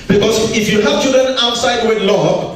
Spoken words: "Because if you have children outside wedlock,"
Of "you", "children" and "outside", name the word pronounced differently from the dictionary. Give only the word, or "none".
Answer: none